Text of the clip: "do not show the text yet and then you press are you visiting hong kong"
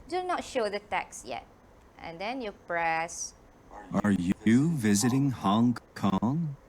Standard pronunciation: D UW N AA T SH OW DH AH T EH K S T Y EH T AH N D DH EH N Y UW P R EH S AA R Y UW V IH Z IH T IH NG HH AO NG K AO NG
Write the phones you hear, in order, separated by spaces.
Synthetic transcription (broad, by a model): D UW N AA T SH OW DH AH T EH K S Y EH T AH N D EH N Y UW P R EH S AA R Y UW V IH Z IH T IH NG HH AO NG K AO NG